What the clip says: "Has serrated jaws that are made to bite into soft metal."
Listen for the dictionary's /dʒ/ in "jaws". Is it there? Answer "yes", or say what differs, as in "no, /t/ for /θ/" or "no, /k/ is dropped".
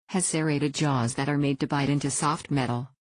yes